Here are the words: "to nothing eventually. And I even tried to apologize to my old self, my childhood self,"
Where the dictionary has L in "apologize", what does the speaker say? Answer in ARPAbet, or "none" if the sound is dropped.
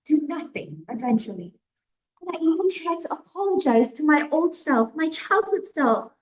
L